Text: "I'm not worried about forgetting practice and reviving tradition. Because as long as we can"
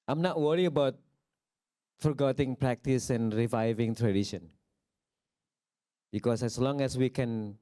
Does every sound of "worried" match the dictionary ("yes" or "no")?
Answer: no